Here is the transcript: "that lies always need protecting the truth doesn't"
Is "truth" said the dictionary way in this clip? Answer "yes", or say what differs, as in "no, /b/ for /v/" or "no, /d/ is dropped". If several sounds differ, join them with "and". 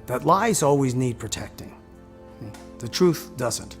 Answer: yes